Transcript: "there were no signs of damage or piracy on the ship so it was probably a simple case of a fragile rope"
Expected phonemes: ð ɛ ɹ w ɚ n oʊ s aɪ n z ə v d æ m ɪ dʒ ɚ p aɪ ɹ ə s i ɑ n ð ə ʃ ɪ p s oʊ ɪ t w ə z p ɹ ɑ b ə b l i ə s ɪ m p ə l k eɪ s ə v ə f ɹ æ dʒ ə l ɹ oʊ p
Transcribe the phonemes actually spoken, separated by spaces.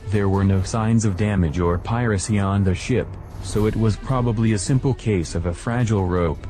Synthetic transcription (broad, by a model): ð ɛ ɹ w ɚ n oʊ s aɪ n z ə v d æ m ɪ dʒ ɚ p aɪ ɹ ə s i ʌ n ð ə ʃ ɪ p s oʊ ɪ t w ə z p ɹ ɑ b ə b l i ə s ɪ m p l k eɪ s ə v ə f ɹ æ dʒ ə l ɹ oʊ p